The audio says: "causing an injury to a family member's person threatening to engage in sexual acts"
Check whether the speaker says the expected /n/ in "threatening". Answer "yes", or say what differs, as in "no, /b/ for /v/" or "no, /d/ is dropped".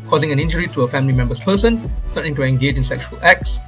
no, /n/ is dropped